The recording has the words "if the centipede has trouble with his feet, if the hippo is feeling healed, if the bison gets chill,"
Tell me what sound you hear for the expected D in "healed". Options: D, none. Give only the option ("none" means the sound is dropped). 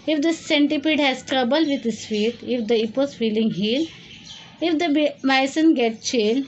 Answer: none